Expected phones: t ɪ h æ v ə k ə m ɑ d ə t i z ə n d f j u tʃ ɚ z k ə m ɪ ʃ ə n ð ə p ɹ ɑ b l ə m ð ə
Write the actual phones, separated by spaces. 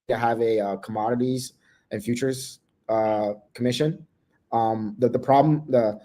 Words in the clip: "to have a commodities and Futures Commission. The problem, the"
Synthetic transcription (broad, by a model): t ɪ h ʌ v ə k ə m ɑ d ə t i z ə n f j u tʃ ɚ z k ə m ɪ ʃ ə n ð ə p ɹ ɑ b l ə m ð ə